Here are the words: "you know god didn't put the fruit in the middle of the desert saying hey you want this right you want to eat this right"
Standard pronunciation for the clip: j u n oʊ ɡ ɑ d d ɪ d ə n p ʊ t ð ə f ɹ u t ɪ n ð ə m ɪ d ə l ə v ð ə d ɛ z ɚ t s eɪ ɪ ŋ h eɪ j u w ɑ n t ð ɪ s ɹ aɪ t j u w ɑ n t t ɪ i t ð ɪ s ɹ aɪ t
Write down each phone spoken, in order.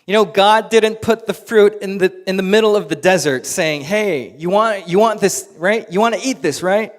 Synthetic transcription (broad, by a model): j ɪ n oʊ ɡ ɑ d d ɪ d n p ʊ t ð ə f ɹ u t ɪ n ð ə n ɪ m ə l ə v ð ə d ɛ z ɚ t s eɪ ɪ ŋ h eɪ j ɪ w ɑ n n ð ɪ s ɹ aɪ t j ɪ w ɑ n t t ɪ i t ð ɪ s ɹ aɪ t